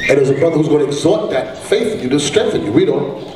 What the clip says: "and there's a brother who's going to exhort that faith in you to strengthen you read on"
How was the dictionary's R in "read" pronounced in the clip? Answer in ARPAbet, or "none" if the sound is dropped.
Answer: W